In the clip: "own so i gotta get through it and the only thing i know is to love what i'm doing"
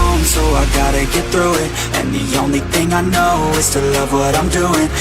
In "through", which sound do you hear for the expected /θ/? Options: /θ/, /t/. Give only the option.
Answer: /θ/